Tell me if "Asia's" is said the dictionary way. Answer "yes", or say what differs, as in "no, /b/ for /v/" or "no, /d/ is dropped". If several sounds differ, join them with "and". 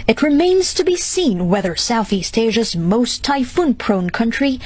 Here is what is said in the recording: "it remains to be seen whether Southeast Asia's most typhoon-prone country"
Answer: yes